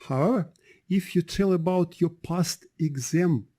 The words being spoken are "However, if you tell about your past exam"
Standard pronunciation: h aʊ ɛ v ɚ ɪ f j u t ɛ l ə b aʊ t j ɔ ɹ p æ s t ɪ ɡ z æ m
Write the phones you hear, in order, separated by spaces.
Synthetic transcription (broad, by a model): h aʊ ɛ v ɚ ɪ f j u t ɛ l ə b aʊ t j ɔ ɹ p æ s t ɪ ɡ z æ m